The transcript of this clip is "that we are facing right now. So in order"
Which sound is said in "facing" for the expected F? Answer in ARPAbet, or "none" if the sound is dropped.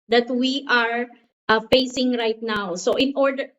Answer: F